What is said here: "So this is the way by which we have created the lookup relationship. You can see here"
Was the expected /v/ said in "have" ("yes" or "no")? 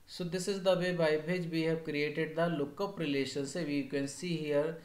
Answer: no